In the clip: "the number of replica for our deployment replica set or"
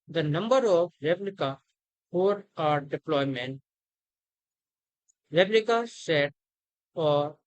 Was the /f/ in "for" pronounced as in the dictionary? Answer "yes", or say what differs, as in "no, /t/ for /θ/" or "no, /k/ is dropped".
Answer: no, /p/ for /f/